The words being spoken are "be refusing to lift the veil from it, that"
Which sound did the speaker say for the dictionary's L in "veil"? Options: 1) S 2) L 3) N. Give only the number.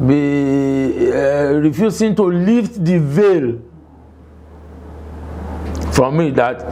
2